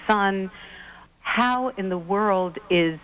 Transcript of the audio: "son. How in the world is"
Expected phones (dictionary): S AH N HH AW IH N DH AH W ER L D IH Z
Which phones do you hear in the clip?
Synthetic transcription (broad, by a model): S AH N HH AW IH N DH AH W ER L D IH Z